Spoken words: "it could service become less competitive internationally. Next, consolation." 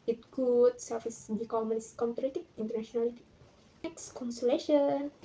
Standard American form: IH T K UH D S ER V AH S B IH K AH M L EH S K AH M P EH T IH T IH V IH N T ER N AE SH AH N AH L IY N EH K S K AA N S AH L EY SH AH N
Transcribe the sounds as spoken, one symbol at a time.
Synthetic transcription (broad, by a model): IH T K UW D S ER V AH S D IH K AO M N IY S K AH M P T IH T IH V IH N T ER N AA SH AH N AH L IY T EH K S K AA N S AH L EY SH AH N